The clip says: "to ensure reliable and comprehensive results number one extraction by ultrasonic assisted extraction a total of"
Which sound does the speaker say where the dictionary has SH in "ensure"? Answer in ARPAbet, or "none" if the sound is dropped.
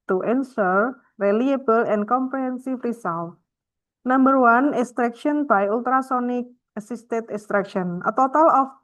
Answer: S